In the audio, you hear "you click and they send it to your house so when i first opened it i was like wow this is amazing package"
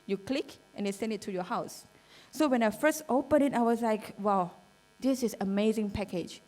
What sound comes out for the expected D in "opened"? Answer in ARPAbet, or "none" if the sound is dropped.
none